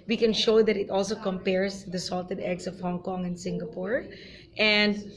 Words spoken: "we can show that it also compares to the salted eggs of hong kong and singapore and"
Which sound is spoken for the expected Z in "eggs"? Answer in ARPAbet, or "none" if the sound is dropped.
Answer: S